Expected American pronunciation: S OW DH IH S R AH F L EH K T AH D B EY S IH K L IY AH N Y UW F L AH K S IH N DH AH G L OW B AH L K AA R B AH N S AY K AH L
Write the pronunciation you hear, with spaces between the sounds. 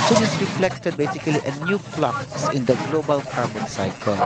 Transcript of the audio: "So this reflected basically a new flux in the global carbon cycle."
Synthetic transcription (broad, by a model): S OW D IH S R AH F L EH K T AH D B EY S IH K L IY AH N Y UW P L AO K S IH N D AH G L OW B AH L K AA R B AH N S AY K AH L